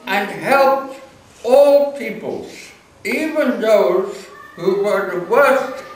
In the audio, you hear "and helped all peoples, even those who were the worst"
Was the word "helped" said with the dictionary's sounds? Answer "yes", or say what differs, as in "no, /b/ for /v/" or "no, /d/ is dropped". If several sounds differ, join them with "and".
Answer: yes